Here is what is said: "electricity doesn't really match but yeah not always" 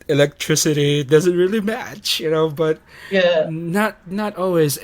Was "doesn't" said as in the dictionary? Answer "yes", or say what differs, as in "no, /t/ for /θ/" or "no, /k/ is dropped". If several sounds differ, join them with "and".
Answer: yes